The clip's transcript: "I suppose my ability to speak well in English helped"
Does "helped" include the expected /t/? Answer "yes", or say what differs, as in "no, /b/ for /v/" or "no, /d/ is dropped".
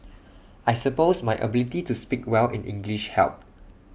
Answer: no, /t/ is dropped